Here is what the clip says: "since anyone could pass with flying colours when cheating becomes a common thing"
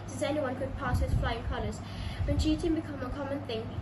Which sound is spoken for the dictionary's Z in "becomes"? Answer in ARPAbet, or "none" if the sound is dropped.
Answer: none